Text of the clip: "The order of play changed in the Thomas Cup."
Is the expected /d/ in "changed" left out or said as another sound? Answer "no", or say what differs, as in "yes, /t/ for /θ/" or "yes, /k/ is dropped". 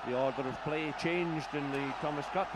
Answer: no